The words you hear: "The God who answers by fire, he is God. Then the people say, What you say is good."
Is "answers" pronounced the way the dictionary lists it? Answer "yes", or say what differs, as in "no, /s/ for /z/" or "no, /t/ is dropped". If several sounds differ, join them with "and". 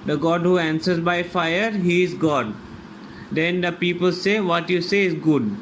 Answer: yes